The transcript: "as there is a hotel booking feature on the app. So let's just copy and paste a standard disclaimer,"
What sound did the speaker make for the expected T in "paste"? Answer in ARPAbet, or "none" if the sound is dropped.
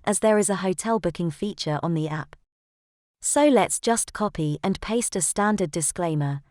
T